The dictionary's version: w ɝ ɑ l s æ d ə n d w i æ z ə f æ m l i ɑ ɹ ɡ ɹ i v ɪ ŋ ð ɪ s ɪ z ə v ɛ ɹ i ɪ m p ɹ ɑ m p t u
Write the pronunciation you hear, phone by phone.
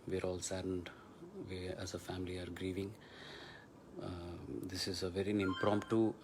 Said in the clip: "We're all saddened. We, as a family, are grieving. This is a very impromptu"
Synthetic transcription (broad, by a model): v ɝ ɑ l s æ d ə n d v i æ z ə f æ m l i ɑ ɹ ɡ ɹ i v ɪ ŋ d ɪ s ɪ z ə v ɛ ɹ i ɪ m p ɹ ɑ m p t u